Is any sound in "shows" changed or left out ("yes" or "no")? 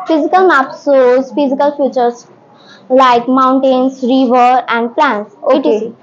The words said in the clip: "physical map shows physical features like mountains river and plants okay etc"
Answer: yes